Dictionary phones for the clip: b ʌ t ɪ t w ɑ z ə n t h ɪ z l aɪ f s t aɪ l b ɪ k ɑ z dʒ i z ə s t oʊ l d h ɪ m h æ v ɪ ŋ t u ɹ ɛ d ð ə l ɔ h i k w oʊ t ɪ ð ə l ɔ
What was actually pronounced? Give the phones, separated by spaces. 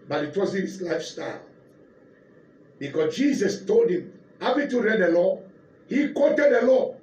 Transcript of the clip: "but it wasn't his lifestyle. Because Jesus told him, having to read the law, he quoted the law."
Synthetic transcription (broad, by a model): b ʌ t ɪ t w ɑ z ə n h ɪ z l aɪ f s t aɪ l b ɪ k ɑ s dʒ i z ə s t oʊ l d h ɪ m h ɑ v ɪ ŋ t u ɹ ɛ d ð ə l ɔ h i k w oʊ t ɪ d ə l ɔ